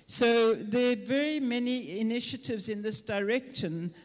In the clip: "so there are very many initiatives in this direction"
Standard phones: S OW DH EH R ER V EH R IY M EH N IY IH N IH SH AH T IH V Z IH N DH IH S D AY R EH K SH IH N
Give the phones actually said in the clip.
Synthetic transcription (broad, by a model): S OW DH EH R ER V EH R IY M EH N IY IH N IH SH AH T IH V Z IH N DH IH S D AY R EH K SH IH N